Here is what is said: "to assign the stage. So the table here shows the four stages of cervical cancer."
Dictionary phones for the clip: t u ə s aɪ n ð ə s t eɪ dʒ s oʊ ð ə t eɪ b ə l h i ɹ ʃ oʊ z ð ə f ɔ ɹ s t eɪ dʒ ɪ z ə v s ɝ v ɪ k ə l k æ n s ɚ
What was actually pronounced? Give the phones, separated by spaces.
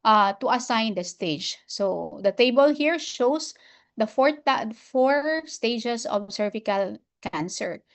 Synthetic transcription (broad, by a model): t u ə s aɪ n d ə s t eɪ dʒ s oʊ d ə t eɪ b ə l h i ɹ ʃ oʊ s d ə f ɔ ɹ s t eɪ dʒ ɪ s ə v s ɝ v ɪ k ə l k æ n s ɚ